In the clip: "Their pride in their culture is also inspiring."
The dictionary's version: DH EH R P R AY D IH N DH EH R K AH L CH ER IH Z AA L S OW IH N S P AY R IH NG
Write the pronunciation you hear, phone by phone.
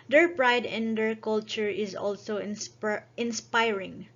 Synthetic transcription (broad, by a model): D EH R P R AY D IH N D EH R K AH L CH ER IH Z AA L S OW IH N S P AY R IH NG